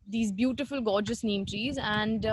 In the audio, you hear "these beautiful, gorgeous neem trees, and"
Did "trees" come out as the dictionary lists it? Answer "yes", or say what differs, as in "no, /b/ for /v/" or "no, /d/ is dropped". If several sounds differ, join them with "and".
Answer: yes